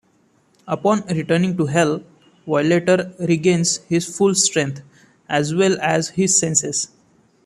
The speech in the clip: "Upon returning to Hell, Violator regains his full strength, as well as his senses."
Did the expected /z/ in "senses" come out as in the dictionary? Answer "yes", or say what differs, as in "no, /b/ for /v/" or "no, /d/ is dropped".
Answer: no, /s/ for /z/